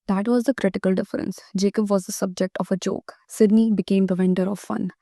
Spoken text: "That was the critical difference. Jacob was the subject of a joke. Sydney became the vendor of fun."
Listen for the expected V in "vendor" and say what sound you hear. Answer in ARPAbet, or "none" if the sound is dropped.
V